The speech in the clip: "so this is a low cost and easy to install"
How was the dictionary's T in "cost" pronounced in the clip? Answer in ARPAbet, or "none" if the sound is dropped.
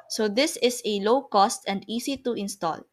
T